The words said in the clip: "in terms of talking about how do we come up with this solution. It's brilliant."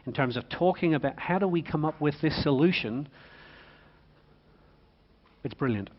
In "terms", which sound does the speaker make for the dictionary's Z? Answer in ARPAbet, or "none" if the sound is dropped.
Z